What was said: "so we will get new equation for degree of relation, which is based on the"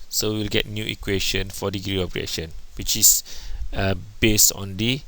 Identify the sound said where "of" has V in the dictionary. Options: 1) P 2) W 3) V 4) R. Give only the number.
1